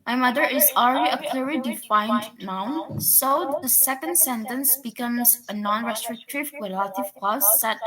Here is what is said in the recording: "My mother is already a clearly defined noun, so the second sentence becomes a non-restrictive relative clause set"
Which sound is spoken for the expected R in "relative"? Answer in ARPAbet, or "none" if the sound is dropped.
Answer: W